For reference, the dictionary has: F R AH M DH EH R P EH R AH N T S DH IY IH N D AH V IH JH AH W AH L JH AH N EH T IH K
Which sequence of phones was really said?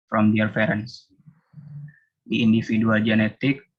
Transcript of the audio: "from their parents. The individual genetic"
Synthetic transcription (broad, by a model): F R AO M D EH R F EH R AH N S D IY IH N D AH F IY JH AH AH L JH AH N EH T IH K